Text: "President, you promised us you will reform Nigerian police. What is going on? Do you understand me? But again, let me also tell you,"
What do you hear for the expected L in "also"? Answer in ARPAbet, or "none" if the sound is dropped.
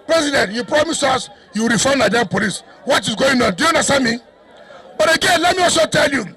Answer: none